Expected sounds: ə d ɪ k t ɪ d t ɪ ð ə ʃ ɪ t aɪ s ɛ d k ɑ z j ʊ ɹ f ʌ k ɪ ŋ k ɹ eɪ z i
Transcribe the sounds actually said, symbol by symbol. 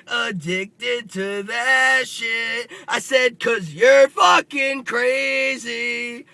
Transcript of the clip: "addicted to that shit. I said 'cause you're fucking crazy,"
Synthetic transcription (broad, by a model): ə d ɪ k t ɪ d t ɪ ð ə ʃ ɪ t aɪ s ɛ d k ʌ z j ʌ ɹ f ʌ k ɪ ŋ k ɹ eɪ z i